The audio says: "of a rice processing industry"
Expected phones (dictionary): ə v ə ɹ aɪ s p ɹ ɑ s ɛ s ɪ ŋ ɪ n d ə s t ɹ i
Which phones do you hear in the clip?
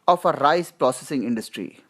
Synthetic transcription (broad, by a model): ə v ə ɹ aɪ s p ɹ ɑ s ɛ s ɪ ŋ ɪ n d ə s t ɹ i